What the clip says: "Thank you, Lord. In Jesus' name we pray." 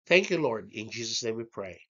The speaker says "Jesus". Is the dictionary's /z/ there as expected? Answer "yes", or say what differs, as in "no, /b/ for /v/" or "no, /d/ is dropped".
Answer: yes